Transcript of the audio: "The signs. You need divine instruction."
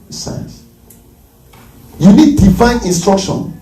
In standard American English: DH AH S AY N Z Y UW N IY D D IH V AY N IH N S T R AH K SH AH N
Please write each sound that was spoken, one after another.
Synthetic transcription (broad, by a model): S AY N S Y UW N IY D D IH F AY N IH N S T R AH K SH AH N